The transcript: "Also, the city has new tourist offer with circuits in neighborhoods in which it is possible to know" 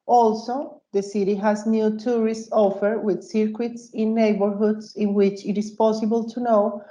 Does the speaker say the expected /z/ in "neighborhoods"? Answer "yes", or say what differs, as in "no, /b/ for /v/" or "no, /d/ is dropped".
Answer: no, /s/ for /z/